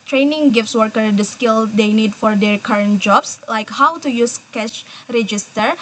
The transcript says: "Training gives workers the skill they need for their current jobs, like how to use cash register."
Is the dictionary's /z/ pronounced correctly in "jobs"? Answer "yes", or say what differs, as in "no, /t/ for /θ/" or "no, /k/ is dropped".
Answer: no, /s/ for /z/